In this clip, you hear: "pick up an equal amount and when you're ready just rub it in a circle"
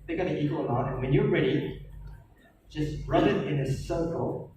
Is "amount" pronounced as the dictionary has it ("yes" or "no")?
no